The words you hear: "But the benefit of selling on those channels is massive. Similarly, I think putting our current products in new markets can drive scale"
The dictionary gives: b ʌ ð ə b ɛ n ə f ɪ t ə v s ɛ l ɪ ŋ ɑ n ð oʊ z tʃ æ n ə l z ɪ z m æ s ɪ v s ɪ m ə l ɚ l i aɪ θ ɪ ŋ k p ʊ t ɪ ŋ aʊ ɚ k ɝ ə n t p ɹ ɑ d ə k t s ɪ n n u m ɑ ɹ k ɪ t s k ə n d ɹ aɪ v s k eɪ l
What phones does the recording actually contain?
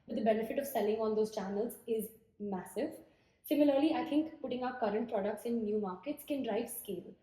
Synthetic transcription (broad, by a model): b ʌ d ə b ɛ n ə f ɪ t ə v s ɛ l ɪ ŋ ɑ n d oʊ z tʃ æ n ə l z ɪ z m æ s ɪ v s ɪ m ə l ɚ l i aɪ t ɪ ŋ k p ʊ t ɪ ŋ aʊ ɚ k ɝ ə n t p ɹ ɑ d ə k t s ɪ n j u m ɑ ɹ k ɪ t s k ə n d ɹ aɪ v s k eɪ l